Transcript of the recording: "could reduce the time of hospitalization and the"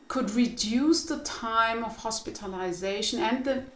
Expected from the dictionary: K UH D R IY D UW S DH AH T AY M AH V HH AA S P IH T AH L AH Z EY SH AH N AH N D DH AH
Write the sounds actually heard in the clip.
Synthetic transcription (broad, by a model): K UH D R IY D UW S DH AH T AY M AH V HH AA S P IH T AH L AH Z EY SH AH N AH N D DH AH